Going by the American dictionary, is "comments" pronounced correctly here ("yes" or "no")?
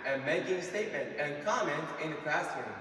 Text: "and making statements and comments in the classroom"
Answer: no